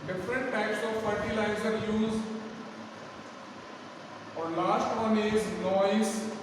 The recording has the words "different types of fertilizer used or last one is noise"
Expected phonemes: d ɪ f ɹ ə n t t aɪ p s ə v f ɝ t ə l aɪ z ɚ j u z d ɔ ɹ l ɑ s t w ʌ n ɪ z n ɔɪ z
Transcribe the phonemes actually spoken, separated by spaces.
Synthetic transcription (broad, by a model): d ɪ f ɹ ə n t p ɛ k s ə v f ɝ t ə l aɪ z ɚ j u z ɔ ɹ l ɑ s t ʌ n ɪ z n ɔɪ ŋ